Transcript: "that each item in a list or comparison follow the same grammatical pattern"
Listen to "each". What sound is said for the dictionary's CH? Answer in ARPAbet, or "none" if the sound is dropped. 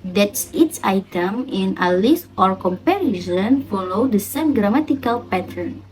S